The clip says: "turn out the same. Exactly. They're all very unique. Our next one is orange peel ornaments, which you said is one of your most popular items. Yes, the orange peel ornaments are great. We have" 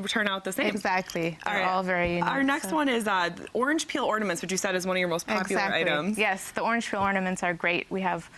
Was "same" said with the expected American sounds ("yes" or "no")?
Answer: no